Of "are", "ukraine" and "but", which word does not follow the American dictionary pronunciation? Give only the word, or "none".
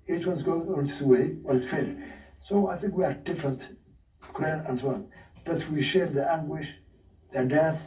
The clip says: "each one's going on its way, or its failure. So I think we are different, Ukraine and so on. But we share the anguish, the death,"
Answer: ukraine